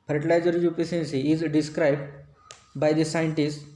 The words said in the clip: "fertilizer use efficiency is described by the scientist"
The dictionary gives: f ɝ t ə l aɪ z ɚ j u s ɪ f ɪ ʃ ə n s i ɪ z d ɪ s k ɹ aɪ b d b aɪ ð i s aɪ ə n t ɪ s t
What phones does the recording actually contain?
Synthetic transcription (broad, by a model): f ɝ t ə l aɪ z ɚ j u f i s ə n s i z d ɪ s k ɹ aɪ b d b aɪ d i s aɪ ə n t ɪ s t